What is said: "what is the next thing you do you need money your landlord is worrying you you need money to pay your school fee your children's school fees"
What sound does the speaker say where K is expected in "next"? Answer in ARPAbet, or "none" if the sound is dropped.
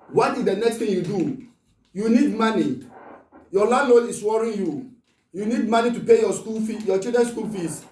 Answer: K